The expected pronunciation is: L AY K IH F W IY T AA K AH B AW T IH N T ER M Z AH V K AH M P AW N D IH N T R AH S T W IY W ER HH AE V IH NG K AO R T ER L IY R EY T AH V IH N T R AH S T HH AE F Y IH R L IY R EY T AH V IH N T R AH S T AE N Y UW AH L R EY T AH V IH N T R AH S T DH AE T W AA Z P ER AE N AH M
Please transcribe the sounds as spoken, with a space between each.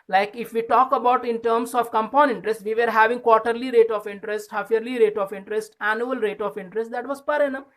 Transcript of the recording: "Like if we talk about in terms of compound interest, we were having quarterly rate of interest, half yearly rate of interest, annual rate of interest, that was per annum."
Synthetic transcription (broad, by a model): L AY K IH F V IY T AA K AH B AW T IH N T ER M S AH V K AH M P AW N IH N T R AH S T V IY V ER HH AE V IH NG K AO R T ER L IY R EY T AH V IH N T R AH S T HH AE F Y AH R L IY R EY T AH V IH N T R AH S T AE N Y UW AH L R EY T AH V IH N T R AH S T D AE T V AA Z P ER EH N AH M